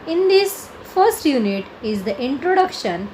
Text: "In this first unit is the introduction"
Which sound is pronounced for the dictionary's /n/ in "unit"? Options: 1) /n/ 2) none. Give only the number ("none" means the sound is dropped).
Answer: 1